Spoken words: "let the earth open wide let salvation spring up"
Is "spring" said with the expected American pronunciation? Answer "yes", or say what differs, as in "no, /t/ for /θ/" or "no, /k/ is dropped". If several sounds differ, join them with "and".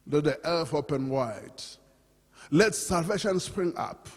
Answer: yes